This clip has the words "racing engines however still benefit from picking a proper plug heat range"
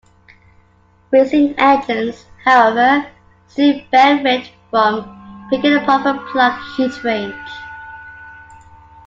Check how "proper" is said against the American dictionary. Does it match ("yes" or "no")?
no